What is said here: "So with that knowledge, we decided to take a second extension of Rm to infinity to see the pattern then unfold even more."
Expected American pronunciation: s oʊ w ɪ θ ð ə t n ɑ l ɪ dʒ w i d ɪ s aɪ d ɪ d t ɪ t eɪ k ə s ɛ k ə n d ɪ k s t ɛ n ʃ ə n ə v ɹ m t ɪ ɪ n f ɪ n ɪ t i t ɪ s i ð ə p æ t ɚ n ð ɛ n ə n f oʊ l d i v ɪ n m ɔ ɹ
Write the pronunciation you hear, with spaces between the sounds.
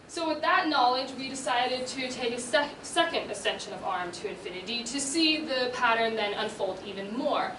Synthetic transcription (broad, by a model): s oʊ w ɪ ð ə t n ɑ l ɪ dʒ w i d ɪ s aɪ d ɪ d t ɪ t eɪ k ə s ɛ k ə n d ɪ s ɛ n ʃ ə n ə v ɹ m t ɪ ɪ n f ɪ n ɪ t i t ɪ s i ð ə p æ t ɚ n ð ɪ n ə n f oʊ l d i v ɪ n m ɔ ɹ